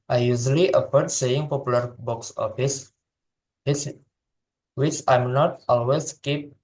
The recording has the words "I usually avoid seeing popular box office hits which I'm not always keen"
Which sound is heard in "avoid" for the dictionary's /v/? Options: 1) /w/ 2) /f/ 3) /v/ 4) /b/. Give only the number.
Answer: 2